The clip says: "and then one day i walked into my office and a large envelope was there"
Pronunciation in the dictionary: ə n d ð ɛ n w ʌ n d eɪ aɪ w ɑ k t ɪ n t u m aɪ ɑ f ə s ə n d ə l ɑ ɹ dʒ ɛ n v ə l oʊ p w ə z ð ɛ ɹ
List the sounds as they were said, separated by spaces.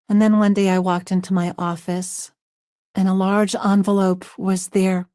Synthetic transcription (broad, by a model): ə n ð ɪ n w ʌ n d eɪ aɪ w ɑ k t ɪ n t u m aɪ ɑ f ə s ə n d ə l ɑ ɹ dʒ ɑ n v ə l oʊ p w ə z ð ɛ ɹ